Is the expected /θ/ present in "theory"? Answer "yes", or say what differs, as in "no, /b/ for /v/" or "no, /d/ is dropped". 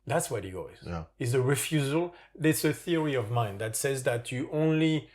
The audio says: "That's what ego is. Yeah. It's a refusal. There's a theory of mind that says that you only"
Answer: yes